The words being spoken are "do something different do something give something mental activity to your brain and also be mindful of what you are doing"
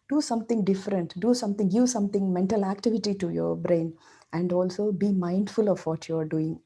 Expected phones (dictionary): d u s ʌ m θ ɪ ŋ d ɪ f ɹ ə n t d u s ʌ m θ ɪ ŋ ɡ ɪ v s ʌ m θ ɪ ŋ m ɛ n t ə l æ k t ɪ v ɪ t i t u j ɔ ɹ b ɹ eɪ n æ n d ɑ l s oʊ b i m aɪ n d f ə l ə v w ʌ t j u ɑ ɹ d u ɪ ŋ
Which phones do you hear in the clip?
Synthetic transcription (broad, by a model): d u s ʌ m t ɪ ŋ d ɪ f ɹ ə n t d u s ʌ m t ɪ ŋ ɡ ɪ v s ʌ m t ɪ ŋ m ɛ n t ə l æ k t ɪ v ɪ t i t u j ɔ ɹ b ɹ eɪ n æ n d ɑ l s oʊ b i m aɪ n d f ə l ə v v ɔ t j u ɑ ɹ d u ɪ ŋ